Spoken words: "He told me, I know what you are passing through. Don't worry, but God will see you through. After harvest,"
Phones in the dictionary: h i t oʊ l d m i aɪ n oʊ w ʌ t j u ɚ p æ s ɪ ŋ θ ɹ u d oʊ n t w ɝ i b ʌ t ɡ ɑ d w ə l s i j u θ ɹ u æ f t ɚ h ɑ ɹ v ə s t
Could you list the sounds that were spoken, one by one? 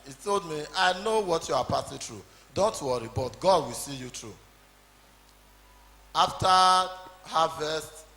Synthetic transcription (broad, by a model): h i t oʊ l d m i aɪ n oʊ w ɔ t j u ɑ p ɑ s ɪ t ɹ u d oʊ n t w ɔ i b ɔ t ɡ ɑ d w ə l s i j u t ɹ u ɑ f t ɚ h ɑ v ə s t